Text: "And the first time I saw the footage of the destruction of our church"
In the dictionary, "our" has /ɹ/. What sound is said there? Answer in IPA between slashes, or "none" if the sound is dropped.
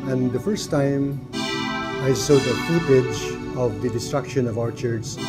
/ɹ/